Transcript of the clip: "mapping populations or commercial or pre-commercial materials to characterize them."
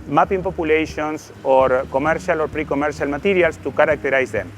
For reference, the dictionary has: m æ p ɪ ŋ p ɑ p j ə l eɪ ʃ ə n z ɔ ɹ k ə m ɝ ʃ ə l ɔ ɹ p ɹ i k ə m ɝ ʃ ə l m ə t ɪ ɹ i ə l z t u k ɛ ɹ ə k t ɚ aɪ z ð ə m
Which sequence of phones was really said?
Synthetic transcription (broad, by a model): m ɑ p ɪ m p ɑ p j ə l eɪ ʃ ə n s ɔ ɹ k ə m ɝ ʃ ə l ɔ ɹ p ɹ i k ə m ɝ ʃ ə l m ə t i ɹ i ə l s t u k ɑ ɹ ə k t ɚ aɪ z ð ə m